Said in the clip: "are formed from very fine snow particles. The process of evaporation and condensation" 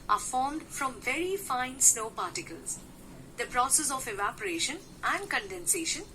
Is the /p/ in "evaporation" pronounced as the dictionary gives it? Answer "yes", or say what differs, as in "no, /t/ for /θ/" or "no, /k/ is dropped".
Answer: yes